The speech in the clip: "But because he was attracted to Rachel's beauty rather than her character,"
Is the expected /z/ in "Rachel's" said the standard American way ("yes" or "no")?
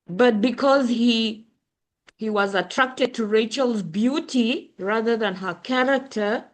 yes